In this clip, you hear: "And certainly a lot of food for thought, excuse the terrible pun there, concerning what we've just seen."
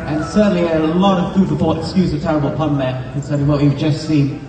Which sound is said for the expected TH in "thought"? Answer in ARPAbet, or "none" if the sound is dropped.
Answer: F